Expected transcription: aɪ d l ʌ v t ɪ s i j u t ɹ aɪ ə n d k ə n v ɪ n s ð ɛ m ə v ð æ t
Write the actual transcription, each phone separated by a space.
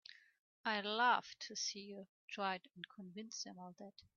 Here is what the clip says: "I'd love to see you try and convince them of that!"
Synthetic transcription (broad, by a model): aɪ l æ f t ɪ s i j u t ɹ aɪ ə n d k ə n v ɪ n s ð ɛ m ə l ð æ t